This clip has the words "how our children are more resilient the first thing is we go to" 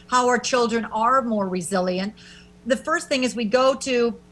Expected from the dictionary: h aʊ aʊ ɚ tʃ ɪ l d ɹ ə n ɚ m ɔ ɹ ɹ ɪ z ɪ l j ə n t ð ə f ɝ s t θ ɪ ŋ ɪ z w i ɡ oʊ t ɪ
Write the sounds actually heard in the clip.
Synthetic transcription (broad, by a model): h aʊ aʊ ɚ tʃ ɪ l d ɹ ə n ɚ m ɔ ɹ ɹ ɪ z ɪ l j ə n t ð ə f ɝ s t θ ɪ ŋ ɪ z w i ɡ oʊ t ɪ